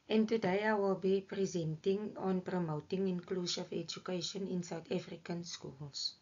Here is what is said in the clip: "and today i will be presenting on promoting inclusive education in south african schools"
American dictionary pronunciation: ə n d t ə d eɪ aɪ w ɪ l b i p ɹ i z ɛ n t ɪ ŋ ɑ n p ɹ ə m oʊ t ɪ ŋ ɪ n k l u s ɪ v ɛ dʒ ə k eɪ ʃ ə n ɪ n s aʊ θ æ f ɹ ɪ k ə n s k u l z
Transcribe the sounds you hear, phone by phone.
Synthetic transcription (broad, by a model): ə n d t ə d eɪ aɪ w ɪ l b i p ɹ i z ɛ n t ɪ ŋ ɑ n p ɹ ə m oʊ t ɪ ŋ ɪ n k l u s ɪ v ɛ dʒ ə k eɪ ʃ ə n ɪ n s aʊ t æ f ɹ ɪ k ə n s k u l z